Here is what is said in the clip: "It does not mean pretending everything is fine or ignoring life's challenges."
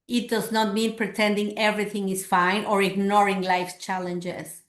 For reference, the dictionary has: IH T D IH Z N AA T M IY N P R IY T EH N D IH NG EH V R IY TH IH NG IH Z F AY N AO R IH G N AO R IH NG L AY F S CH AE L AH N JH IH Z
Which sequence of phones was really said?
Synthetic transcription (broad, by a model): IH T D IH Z N AA T M IY N P R IY T EH N D IH NG EH V R IY TH IH NG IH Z F AY N AO R IH G N AO R IH NG L AY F CH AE L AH N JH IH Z